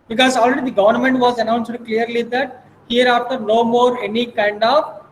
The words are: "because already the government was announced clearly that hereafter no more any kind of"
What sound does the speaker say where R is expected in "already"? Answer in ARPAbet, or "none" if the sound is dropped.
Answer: R